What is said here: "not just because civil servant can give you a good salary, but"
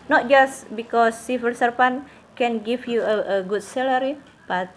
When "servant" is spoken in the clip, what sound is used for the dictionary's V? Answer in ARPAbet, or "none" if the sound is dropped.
P